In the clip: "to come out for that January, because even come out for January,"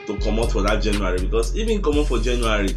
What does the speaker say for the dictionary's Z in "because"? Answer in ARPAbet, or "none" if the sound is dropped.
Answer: S